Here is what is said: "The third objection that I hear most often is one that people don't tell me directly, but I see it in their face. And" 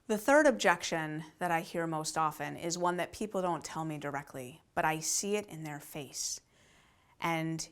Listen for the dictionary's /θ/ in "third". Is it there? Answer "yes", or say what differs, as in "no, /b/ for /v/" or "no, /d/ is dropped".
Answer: yes